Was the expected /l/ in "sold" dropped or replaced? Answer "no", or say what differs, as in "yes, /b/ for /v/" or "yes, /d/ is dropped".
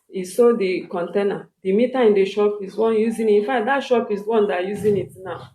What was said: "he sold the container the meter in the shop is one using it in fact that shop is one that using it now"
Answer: yes, /l/ is dropped